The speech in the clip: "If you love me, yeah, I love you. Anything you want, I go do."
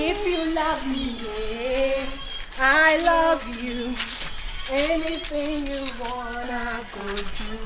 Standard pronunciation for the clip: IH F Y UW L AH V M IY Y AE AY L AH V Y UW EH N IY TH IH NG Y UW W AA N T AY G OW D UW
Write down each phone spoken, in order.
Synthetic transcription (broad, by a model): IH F Y UW L AH V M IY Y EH AY L AH V Y UW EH N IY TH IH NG Y UW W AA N AY G OW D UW